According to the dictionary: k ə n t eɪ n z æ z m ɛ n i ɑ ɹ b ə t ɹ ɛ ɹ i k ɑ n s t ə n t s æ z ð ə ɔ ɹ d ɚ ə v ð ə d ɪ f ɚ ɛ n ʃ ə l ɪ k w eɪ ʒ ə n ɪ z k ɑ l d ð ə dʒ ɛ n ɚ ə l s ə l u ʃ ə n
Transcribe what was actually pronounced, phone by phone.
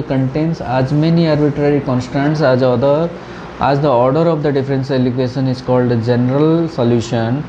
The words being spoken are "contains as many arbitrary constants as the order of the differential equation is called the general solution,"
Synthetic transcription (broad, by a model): k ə n t eɪ n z æ z m ɛ n i ɑ ɹ b ə t ɹ ɛ ɹ i k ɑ n s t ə n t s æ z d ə ɔ ɹ d ɚ ə v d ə d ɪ f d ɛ n s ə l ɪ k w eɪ ʃ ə n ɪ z k ɑ l d dʒ ɛ n ɚ ə l s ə l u ʃ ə n